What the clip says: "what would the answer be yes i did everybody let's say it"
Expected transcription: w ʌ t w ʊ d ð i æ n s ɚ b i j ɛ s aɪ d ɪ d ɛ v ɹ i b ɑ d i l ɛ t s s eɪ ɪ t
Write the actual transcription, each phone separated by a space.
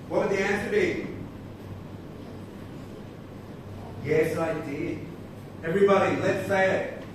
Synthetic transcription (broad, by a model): w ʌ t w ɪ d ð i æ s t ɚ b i j ɛ s aɪ d ɪ d ɛ v ɹ i b ɑ d i l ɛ t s s eɪ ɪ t